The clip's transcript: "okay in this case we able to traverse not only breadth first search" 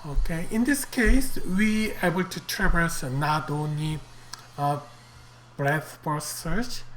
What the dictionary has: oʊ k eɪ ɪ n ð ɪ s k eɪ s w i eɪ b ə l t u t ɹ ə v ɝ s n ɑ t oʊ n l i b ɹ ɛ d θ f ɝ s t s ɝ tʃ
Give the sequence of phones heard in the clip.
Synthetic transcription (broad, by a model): oʊ k eɪ ɪ n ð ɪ s k eɪ s w i eɪ b ə l t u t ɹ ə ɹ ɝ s n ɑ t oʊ n i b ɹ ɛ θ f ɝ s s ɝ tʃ